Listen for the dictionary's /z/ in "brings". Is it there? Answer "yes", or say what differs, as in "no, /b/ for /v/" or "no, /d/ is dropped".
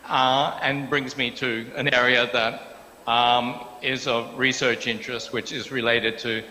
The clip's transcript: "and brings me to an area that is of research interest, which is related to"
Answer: yes